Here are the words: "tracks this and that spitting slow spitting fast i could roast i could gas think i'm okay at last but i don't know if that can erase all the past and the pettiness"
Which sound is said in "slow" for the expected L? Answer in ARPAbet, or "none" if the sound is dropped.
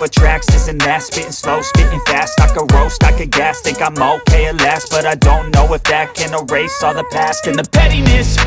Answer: L